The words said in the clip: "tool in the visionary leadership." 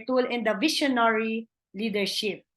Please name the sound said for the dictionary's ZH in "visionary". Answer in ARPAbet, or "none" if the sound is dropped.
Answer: SH